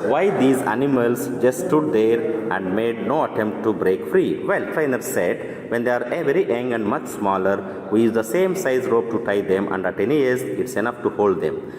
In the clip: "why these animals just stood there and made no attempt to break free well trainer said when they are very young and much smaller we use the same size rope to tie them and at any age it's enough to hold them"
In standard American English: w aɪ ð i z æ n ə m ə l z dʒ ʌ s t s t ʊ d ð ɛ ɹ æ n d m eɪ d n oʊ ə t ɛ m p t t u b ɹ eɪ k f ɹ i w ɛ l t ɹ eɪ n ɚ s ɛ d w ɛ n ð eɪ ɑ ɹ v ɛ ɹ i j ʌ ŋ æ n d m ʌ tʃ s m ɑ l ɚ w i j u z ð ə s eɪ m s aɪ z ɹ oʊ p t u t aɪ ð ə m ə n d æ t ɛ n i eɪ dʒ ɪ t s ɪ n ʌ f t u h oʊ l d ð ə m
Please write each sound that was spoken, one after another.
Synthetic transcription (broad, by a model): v aɪ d i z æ n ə m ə l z dʒ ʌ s s t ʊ d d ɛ ɹ æ n d m eɪ d n oʊ ə t ɛ m p t t u b ɹ eɪ k f ɹ i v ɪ l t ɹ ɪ n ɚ s ɛ d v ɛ n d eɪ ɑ ɹ v ɛ ɹ i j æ ŋ æ n d m ʌ tʃ s m ɑ l ɚ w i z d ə s eɪ m s aɪ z ɹ oʊ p t u t aɪ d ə m ə n d æ t ɛ n i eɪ z ɪ t s ɪ n ʌ f t u h oʊ l d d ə m